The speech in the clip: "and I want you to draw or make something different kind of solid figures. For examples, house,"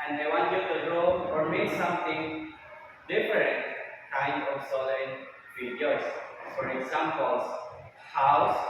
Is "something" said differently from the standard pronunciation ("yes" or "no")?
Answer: yes